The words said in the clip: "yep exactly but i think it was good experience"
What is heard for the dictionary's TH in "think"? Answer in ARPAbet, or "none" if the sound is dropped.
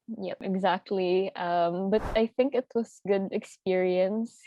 TH